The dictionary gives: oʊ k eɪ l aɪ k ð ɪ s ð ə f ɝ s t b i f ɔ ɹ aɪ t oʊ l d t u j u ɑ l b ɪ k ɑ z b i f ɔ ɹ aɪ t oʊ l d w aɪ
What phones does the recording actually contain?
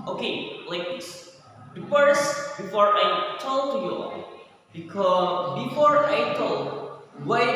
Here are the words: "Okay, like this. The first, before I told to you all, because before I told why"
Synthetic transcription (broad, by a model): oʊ k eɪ l aɪ k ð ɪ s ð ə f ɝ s b i f ɔ ɹ aɪ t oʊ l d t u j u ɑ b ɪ k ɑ b i f ɔ ɹ aɪ t oʊ l d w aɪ